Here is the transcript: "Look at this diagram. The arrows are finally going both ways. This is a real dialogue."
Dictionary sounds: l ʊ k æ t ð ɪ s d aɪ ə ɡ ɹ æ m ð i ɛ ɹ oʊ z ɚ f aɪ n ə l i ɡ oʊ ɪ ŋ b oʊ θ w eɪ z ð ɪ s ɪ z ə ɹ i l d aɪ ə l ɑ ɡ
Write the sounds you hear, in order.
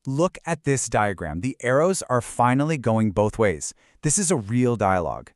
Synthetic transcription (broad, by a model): l ʊ k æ t ð ɪ s d aɪ ə ɡ ɹ æ m ð i ɛ ɹ oʊ z ɚ f aɪ n l i ɡ oʊ ɪ ŋ b oʊ θ w eɪ z ð ɪ s ɪ z ə ɹ i l d aɪ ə l ɑ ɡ